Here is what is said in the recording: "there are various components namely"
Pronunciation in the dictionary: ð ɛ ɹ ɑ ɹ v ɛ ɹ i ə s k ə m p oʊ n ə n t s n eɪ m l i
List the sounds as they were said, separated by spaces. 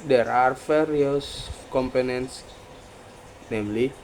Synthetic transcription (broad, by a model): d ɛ ɹ ɑ ɹ f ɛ ɹ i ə s k ə m p oʊ n ə n t s n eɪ m l i